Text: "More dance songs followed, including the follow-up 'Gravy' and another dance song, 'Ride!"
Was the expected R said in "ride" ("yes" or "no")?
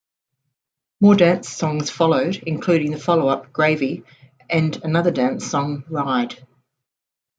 yes